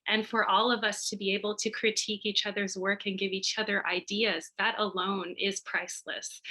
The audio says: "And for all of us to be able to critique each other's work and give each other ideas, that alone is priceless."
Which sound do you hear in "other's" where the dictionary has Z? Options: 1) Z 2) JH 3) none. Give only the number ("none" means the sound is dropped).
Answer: 1